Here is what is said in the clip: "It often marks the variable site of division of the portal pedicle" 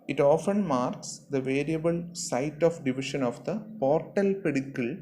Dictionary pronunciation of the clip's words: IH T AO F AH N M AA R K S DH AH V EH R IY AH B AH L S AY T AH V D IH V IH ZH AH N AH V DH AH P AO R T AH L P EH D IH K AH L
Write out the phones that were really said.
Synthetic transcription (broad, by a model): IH T AO F AH N M AA R K S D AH V EH R IY AH B AH L S AY T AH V D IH V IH SH AH N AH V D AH P AO R T AH L P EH D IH K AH L